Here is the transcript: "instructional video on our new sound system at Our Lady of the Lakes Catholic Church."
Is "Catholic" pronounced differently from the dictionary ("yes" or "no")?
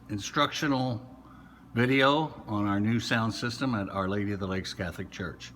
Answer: no